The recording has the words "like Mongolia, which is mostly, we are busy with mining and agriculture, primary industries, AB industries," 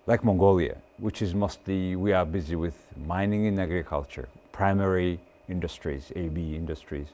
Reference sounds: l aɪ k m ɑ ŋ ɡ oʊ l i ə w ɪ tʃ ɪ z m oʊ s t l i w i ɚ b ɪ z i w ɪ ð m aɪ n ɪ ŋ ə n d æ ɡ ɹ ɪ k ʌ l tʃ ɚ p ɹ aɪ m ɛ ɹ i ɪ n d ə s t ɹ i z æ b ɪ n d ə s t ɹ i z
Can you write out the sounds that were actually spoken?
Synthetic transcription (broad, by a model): l aɪ k m ɑ ŋ ɡ oʊ l i ə w ɪ tʃ ɪ z m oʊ s t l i w i ɚ b ɪ z i w ɪ ð m aɪ n ɪ ŋ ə n æ ɡ ɹ ɪ k ʌ l tʃ ɚ p ɹ aɪ m ɛ ɹ i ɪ n d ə s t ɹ i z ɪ b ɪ n d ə s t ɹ i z